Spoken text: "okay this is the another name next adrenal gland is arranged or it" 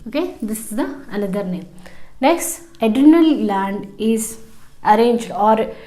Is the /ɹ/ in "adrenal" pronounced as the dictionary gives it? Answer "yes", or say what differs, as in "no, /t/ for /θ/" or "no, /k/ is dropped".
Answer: no, /ɹ/ is dropped